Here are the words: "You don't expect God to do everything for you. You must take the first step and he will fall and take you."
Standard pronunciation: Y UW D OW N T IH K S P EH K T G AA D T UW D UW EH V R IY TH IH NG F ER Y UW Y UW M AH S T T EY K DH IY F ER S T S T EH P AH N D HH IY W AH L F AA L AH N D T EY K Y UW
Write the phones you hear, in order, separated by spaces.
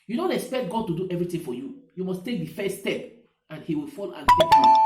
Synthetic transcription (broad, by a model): Y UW D OW N T IH K S P EH K T G AA D T UW D UW EH V R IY T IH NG F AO Y UW Y UW M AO S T T EY K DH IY F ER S S T EH P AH N HH IY W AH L F AA L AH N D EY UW